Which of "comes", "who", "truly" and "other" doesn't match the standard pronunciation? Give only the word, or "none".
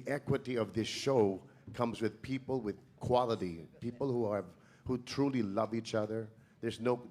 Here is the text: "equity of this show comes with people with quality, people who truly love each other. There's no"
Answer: none